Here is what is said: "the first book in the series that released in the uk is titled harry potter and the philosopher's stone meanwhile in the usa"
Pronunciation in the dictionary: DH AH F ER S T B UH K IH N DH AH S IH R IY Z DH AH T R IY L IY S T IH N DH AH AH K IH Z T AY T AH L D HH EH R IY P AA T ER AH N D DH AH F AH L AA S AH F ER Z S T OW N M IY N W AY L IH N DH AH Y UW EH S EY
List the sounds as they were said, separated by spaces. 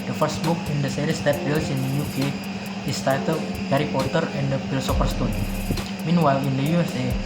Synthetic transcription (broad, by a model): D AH F ER S T B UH K IH N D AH S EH R IY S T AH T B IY L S IH N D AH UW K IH S T AY T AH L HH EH R IY P AA T ER AH N D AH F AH L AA S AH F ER S T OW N M IY N W AY L IH N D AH Y UW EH S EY